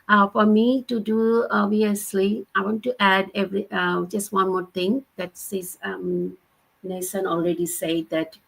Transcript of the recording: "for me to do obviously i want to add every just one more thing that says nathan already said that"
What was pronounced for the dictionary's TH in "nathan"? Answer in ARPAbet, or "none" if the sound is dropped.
S